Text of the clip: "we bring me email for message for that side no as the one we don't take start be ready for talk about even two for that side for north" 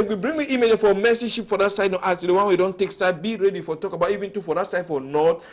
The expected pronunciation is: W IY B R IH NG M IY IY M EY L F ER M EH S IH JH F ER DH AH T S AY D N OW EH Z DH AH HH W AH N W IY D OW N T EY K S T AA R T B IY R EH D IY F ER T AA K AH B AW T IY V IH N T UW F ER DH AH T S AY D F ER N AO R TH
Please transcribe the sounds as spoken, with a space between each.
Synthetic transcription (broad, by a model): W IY B R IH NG M IY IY M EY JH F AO M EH S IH SH F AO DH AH T S AY D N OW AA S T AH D W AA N W IY D OW N T EY K S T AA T B IY R EH D IY F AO T AA K AH B AW T IY V IH N T UW F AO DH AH T S AY D F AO N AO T